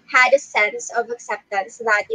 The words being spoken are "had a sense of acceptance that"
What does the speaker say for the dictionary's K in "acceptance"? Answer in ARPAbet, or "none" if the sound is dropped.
K